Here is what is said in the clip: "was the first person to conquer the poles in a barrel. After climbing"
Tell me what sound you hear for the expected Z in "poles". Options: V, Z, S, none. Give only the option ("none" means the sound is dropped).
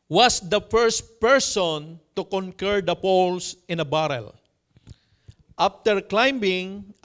S